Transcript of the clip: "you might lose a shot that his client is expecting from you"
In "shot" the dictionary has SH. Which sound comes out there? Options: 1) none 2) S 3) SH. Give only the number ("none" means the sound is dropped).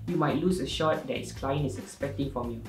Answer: 3